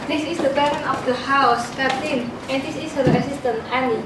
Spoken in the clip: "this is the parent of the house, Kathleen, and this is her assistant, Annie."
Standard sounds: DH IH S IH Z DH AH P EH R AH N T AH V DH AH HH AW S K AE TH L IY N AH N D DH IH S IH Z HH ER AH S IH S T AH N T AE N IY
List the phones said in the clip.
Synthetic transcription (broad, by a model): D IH S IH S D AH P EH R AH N AH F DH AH HH AW S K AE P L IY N AH N D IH S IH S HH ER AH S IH S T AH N AE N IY